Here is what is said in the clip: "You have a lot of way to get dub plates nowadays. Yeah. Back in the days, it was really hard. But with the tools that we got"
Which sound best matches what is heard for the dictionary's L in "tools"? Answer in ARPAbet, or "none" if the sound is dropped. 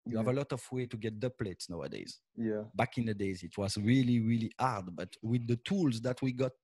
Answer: L